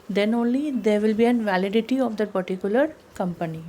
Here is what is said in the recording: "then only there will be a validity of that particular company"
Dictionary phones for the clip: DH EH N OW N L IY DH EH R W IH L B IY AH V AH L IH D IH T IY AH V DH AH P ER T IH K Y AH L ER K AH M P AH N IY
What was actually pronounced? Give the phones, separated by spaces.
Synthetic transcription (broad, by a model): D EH N OW N L IY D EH R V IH L B IY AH V AH L IH D IH T IY AH V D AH P ER T IH K Y AH L ER K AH M P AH N IY